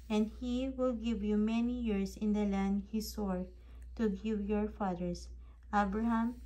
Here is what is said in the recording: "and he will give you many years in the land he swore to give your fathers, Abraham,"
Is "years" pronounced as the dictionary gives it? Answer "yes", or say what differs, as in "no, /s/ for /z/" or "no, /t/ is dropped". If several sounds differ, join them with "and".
no, /s/ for /z/